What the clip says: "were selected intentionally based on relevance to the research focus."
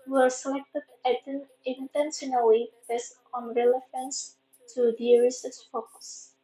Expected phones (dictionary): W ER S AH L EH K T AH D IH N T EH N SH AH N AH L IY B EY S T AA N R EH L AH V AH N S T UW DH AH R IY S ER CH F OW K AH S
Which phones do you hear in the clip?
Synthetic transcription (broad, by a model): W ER S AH L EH K T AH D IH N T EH N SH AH N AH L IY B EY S AA N R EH L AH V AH N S T UW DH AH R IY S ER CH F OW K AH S